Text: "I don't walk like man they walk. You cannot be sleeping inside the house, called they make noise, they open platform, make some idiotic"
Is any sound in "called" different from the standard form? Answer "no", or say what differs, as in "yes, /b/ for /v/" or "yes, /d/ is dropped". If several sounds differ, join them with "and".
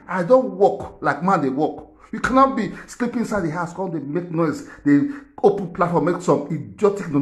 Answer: yes, /n/ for /l/